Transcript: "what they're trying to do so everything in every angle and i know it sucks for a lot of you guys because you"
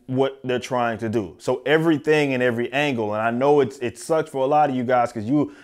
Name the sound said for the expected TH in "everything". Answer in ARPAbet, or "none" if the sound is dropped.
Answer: TH